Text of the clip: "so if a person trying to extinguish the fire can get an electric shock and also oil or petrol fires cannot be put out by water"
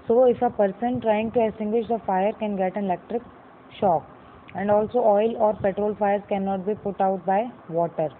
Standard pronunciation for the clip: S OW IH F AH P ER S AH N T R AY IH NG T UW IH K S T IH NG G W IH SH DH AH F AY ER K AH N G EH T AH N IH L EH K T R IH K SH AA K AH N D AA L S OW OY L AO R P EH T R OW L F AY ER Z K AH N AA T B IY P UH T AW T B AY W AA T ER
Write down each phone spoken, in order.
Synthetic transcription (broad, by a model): S OW IH F AH P ER S AH N T R AY IH NG T UW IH S T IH NG G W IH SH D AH F AY ER K AH N G EH T AH N IH L EH K T R IH K SH AA K AH N D AA L S OW OY L AO R P EH T R OW L F AY ER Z K AH N AA T B IY P UH T AW T B AY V AA T ER